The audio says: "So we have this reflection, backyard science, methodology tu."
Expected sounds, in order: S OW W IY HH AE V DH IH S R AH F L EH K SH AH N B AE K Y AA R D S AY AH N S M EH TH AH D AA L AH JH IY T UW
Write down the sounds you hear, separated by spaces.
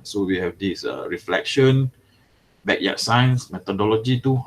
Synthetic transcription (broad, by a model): S OW W IY HH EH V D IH S R AH F L EH K SH AH N B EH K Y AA S AY AH N S M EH T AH D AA L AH JH IY T UW